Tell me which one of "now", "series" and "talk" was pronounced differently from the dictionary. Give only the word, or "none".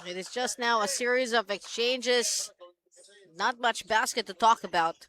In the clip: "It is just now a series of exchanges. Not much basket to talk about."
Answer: none